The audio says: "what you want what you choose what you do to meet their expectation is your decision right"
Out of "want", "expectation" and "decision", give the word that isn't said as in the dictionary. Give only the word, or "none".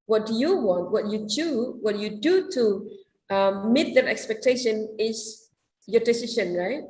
decision